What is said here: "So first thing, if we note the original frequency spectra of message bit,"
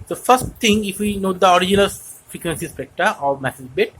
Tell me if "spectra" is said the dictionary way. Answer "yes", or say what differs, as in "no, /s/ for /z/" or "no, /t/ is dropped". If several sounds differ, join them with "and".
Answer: no, /ɹ/ is dropped